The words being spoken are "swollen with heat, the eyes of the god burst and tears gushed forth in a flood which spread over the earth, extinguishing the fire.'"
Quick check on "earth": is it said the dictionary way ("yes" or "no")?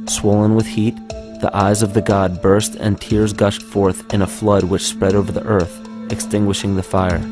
yes